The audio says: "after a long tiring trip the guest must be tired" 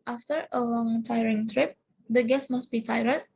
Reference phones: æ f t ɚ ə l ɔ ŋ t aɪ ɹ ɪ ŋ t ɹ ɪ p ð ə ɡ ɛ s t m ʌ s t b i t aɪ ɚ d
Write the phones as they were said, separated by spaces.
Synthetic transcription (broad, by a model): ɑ f t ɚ ə l ɔ ŋ t aɪ ɹ ɪ ŋ t ɹ ɪ p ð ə ɡ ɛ s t m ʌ s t b i t aɪ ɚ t